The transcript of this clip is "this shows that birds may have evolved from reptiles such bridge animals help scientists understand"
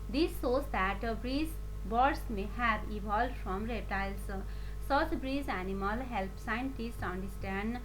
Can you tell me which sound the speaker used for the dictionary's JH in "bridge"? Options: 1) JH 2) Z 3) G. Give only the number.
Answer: 2